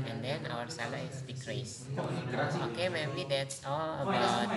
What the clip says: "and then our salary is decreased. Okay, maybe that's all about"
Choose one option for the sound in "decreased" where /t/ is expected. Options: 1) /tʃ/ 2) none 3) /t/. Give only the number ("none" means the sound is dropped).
2